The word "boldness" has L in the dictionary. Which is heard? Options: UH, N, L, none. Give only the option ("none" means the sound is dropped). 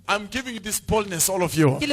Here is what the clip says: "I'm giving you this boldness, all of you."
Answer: L